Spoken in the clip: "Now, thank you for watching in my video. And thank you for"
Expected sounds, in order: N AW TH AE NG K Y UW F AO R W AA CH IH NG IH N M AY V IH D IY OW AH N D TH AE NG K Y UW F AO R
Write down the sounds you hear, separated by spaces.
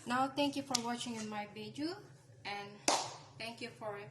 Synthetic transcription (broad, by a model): N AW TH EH NG K Y UW F AO R W AA CH IH NG IH N M AY B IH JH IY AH N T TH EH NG K Y UW F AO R